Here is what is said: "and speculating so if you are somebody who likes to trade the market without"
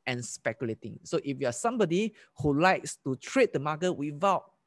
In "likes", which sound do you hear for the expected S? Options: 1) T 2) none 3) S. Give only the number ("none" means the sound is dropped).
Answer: 3